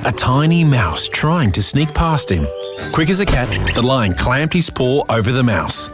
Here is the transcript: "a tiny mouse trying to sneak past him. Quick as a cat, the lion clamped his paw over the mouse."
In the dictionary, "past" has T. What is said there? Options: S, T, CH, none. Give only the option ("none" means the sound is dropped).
T